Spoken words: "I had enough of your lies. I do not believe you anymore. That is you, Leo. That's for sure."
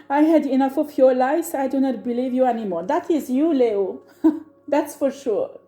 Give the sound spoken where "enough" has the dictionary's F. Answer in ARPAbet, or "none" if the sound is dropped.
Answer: F